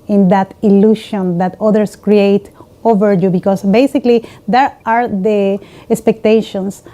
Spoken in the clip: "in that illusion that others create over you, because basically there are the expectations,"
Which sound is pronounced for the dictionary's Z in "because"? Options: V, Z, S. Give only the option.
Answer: S